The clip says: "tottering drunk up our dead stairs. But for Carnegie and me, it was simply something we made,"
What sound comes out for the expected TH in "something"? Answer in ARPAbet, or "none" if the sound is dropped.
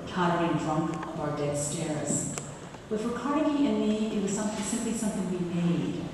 TH